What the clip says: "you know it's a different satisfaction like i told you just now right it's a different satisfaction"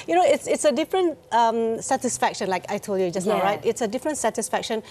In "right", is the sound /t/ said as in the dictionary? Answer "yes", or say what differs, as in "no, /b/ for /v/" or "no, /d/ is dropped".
yes